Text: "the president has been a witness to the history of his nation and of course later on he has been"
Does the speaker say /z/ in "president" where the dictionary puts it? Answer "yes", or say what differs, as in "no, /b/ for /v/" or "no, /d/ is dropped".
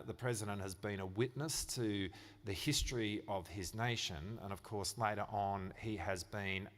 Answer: yes